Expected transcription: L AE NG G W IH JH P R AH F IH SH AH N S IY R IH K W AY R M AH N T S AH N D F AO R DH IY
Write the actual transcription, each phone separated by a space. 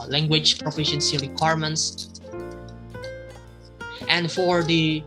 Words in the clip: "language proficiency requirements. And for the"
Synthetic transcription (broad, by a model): L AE NG G W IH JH P R AH F IH SH AH N S IY R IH K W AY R M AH N T S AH N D F AO R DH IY